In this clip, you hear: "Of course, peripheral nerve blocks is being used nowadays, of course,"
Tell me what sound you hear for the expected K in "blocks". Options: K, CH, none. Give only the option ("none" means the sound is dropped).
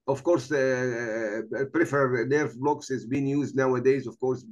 K